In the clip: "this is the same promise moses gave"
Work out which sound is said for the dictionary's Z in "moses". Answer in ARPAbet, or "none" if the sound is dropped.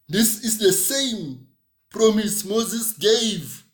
Z